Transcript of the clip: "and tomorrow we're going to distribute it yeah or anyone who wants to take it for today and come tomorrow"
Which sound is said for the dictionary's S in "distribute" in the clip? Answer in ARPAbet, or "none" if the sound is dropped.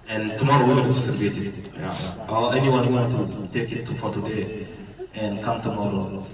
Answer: none